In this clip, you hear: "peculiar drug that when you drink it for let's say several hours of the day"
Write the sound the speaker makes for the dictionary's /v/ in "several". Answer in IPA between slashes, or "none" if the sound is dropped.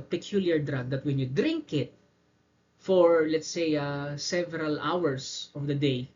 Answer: /v/